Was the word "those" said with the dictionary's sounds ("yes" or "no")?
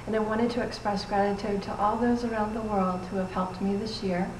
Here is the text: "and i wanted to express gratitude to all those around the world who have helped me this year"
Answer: yes